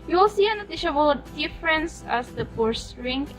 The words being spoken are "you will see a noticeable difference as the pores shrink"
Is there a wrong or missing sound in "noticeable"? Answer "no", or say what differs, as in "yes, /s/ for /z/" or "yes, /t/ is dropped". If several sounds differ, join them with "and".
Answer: yes, /ʃ/ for /s/